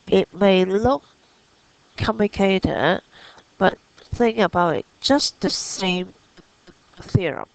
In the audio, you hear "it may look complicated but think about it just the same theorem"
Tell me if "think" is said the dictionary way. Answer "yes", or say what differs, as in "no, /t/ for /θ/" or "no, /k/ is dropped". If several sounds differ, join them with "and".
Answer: no, /k/ is dropped